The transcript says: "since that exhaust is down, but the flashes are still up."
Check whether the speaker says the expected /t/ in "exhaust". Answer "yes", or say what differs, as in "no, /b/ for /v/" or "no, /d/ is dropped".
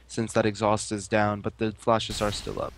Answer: yes